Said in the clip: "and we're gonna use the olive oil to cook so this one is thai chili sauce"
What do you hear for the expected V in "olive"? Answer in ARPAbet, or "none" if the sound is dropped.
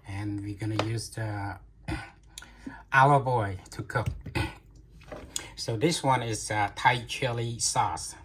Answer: B